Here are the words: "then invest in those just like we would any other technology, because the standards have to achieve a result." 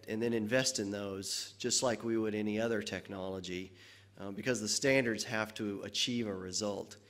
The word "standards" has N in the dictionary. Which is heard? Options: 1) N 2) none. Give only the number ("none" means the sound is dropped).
1